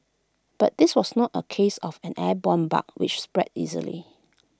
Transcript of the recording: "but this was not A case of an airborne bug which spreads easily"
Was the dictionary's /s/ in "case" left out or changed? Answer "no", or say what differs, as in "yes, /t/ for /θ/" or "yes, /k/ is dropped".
no